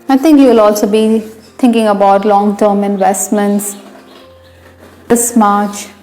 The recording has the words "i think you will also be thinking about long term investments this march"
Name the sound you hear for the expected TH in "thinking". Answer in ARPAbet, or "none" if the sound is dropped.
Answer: T